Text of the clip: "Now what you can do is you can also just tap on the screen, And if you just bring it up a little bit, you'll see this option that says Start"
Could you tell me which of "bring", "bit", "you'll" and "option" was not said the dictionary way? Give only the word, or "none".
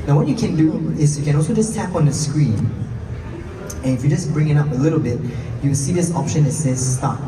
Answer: you'll